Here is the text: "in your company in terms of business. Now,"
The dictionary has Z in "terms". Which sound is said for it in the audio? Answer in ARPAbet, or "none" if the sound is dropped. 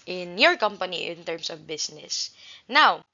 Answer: S